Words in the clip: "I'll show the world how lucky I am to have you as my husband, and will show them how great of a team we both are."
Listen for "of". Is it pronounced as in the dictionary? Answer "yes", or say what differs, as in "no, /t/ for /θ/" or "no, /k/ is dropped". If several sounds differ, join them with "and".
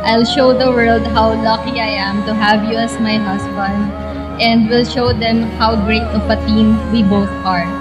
no, /p/ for /v/